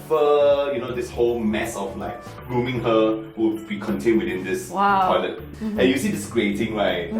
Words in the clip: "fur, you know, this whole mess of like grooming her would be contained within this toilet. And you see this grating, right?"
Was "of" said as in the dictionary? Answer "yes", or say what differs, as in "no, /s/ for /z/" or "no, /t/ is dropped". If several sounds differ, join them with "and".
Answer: no, /f/ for /v/